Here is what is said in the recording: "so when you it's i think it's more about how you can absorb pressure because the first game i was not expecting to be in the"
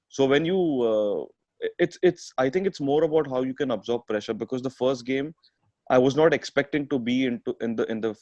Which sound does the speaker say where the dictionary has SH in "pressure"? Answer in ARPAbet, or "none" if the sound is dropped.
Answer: SH